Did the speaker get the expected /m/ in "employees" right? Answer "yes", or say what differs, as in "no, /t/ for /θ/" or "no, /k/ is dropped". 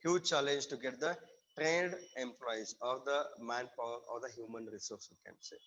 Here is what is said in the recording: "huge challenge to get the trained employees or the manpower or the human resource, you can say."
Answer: yes